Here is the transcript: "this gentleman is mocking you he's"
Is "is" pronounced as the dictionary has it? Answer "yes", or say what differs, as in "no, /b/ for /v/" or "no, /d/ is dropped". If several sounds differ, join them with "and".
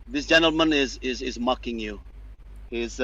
yes